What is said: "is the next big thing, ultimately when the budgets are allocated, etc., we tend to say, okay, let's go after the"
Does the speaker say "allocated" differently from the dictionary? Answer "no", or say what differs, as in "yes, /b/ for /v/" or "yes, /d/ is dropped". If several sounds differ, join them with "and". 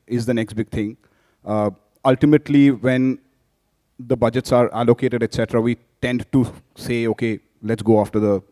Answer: no